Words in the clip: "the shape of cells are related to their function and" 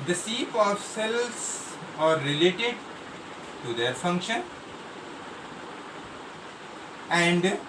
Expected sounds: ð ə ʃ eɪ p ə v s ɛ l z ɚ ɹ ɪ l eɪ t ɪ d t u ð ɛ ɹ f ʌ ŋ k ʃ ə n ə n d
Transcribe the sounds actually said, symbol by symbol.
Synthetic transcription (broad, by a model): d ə s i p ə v s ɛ l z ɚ ɹ ɪ l eɪ t ɪ d t u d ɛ ɹ f ʌ ŋ k ʃ ə n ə n d